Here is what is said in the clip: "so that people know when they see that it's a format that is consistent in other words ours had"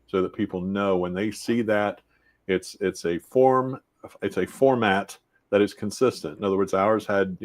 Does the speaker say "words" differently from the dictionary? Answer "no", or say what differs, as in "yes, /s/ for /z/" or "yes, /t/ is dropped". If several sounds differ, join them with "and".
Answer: no